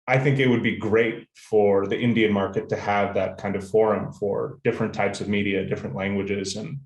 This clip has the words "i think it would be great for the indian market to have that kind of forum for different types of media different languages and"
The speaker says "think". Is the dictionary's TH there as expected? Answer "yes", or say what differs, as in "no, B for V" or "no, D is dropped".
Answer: yes